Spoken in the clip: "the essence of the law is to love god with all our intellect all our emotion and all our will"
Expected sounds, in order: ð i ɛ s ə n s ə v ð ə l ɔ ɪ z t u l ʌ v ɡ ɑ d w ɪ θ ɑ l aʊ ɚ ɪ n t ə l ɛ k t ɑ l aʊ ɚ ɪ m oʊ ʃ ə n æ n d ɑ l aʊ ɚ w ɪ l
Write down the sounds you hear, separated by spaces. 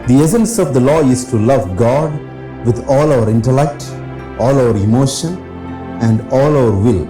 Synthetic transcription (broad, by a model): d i ɛ s ə n s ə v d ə l ɔ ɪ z t u l ʌ v ɡ ɑ d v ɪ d ɑ l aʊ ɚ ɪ n t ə l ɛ k t ɑ l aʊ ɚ ɪ m oʊ ʃ ə n æ n d ɑ l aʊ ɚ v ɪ l